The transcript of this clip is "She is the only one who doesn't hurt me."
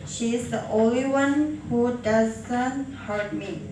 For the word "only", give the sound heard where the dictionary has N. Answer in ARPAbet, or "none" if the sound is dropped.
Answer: none